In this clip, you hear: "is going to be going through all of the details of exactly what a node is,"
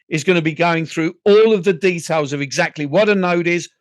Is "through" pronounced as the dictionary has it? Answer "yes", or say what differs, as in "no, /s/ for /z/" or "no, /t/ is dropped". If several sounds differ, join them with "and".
yes